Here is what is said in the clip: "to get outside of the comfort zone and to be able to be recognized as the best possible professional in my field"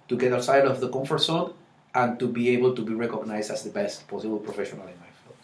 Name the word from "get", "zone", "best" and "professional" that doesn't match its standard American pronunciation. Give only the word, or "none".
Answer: zone